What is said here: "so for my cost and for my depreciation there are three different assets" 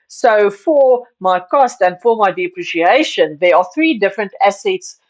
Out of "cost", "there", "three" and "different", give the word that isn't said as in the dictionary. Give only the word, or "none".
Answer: none